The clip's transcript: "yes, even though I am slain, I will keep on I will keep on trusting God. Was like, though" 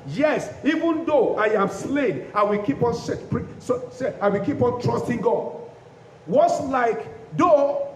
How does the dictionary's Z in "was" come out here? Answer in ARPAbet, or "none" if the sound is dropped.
S